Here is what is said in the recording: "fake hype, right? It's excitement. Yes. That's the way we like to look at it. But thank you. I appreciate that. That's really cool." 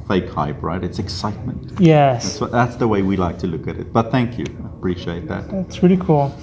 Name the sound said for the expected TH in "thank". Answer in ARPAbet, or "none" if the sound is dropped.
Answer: TH